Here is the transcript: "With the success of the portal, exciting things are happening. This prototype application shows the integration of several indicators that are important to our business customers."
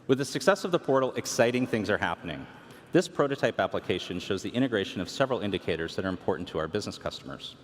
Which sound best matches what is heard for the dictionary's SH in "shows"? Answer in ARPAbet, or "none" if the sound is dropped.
SH